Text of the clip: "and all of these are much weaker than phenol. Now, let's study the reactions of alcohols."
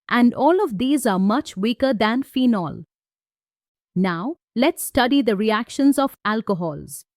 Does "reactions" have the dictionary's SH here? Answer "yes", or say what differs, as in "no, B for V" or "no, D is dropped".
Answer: yes